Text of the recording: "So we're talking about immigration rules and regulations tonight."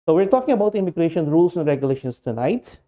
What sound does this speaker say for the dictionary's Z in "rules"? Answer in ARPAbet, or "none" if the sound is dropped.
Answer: S